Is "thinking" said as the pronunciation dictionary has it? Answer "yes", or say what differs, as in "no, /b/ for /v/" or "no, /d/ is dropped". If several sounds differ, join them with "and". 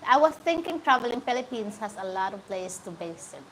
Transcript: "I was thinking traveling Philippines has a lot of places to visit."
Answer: no, /t/ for /θ/